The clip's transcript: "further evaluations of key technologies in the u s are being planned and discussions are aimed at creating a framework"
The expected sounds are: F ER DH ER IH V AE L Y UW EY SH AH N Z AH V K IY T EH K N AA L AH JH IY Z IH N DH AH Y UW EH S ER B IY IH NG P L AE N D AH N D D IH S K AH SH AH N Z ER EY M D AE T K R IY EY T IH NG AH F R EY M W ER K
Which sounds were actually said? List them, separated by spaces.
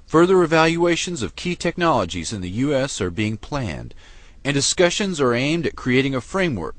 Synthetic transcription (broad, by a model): F ER DH ER IH V AE L Y UW EY SH AH N Z AH V K IY T EH K N AA L AH JH IY Z IH N DH AH Y UW EH S ER B IY IH NG P L AE N D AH N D D IH S K AH SH AH N Z ER EY M D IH T K R IY EY T IH NG AH F R EY M W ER K